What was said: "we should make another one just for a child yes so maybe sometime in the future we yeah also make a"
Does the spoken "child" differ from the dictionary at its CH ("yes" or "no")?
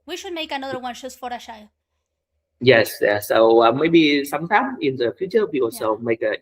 yes